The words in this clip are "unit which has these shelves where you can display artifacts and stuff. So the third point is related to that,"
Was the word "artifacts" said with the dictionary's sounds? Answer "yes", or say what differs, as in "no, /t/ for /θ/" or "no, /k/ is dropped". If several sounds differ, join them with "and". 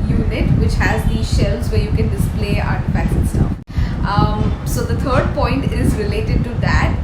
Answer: no, /s/ is dropped